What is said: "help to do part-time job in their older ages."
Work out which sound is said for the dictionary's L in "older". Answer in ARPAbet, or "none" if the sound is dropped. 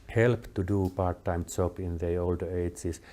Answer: L